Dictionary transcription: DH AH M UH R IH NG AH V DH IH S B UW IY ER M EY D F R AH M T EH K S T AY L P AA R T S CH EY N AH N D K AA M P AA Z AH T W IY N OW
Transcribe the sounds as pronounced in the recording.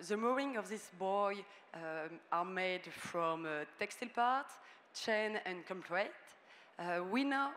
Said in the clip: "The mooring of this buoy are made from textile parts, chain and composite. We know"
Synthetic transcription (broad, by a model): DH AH M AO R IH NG AH V DH IH S B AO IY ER M EY D F R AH M T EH K S T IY L P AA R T CH EY N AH N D K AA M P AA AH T W IY N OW